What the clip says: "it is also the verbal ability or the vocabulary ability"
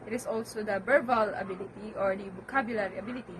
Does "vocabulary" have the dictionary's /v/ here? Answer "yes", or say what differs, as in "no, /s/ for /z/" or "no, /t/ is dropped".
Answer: no, /b/ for /v/